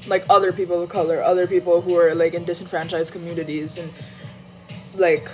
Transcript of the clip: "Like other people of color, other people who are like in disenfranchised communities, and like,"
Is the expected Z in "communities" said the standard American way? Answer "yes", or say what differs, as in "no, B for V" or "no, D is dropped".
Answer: yes